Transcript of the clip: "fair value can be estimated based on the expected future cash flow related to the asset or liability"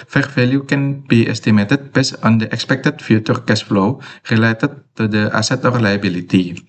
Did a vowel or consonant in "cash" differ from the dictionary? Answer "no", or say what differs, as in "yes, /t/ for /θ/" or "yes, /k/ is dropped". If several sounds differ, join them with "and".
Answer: yes, /s/ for /ʃ/